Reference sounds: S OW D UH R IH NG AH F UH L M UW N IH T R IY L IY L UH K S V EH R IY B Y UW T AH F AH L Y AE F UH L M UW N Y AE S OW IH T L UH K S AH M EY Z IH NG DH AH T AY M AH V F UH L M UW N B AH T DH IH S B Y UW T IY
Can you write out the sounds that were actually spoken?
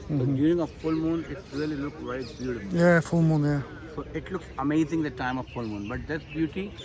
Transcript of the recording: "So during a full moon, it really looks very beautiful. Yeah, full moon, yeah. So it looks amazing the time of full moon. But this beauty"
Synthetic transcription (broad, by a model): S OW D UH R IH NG AH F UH L M UW N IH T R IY L IY L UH K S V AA IY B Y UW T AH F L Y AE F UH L M UW N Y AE S OW IH T L UH K S AH M EY Z IH NG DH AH T AY M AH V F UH L M UW N B AH T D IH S B Y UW T IY